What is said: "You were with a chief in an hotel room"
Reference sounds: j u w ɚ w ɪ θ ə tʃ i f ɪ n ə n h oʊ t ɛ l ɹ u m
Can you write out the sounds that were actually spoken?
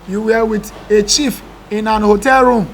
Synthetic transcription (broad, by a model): j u w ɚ w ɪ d ə tʃ i f ɪ n ə n h oʊ t ɛ l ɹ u m